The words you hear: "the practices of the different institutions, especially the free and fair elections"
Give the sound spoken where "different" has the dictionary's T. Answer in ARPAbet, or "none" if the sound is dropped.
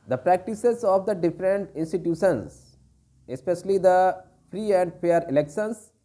T